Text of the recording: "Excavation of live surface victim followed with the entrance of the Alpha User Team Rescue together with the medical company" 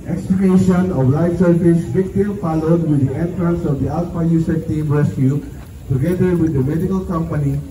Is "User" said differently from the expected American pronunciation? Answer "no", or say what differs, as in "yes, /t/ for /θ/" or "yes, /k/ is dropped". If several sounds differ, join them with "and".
yes, /s/ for /z/